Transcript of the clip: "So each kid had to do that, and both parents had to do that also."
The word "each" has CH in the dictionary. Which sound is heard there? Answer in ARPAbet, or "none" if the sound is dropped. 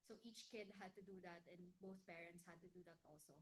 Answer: CH